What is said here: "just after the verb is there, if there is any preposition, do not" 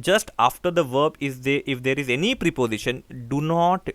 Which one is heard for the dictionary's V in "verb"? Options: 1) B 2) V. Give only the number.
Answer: 2